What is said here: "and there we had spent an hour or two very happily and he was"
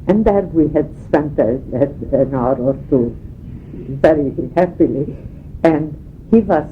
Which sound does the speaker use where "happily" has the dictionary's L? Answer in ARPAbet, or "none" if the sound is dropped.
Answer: L